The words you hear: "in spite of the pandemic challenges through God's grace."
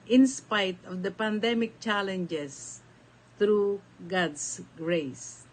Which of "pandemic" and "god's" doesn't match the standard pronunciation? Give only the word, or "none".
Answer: god's